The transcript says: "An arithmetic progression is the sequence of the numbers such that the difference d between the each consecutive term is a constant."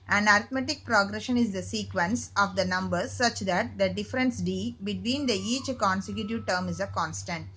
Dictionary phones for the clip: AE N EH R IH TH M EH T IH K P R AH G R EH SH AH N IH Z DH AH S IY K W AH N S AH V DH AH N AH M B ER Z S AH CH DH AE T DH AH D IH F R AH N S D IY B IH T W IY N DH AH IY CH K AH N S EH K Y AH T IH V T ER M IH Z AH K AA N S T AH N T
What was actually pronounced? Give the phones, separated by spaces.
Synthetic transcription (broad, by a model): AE N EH R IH T M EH T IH K P R AH G R EH SH AH N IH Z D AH S IY K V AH N S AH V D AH N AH M B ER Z S AH CH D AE T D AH D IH F R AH N S D IY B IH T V IY N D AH IY CH K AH N S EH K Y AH T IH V T ER M IH Z AH K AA N S T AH N T